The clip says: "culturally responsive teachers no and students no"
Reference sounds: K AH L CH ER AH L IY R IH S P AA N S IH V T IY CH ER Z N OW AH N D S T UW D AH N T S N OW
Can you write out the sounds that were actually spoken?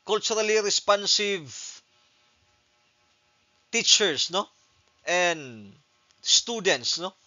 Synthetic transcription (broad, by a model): K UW L CH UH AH L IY R IH S P AA N S IH V T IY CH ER S N OW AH N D S T UW D AH N T S N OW